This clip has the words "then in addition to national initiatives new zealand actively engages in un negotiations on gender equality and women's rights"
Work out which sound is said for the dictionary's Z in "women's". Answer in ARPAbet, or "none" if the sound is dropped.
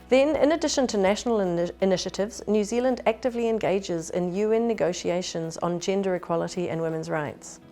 Z